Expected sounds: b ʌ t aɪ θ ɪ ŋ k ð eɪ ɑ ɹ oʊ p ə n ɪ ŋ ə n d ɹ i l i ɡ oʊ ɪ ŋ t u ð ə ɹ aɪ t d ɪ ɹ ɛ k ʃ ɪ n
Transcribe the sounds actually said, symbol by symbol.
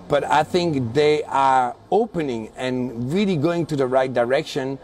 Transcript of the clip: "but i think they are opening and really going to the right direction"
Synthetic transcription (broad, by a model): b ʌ t aɪ θ ɪ ŋ k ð eɪ ɑ ɹ oʊ p ə n ɪ ŋ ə n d ɹ i l i ɡ oʊ ɪ ŋ t u ð ə ɹ aɪ t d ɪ ɹ ɛ k ʃ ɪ n